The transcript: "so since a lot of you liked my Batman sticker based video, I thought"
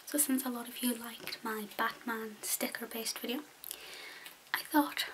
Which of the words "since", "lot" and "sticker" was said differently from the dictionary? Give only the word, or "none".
none